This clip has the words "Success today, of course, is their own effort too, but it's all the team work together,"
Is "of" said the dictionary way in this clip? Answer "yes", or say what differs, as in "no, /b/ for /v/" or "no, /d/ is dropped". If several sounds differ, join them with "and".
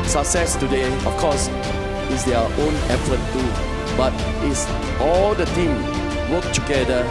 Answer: no, /f/ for /v/